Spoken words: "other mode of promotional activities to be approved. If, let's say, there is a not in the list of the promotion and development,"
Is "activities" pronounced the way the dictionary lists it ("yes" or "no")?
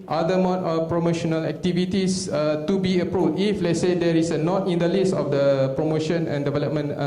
no